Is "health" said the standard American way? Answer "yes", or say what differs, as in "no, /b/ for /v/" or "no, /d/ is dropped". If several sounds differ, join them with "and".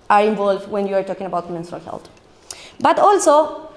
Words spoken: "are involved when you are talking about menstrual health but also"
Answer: no, /t/ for /θ/